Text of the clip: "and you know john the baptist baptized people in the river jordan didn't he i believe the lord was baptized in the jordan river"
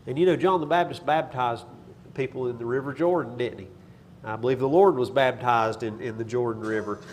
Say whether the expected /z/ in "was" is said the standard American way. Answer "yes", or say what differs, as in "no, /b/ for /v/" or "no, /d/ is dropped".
yes